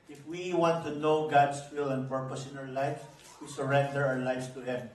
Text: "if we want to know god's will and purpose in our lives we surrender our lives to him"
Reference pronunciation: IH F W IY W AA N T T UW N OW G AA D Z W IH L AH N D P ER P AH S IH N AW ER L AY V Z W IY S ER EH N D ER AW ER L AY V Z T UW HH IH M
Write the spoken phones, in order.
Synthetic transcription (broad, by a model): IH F W IY W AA N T T UW N OW G AA D S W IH L AH N D P ER P AH S IH N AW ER L AY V S W IY S ER EH N D ER AW ER L AY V S T UW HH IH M